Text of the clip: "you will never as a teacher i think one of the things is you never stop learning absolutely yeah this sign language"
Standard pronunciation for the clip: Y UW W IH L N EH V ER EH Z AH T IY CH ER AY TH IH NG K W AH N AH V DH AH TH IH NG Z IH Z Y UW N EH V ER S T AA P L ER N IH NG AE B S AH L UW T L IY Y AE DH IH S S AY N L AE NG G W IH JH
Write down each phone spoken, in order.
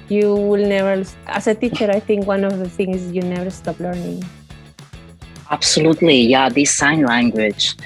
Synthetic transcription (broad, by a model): Y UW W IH L N EH V ER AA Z AH T IY CH ER AY T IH NG K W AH N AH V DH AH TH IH NG IH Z Y UW N EH V ER S T AA P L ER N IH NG AE B S AH L UW T L IY Y AE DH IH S S AY N L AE NG G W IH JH